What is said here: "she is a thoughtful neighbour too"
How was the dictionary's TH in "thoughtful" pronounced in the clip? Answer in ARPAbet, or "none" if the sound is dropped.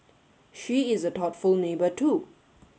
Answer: T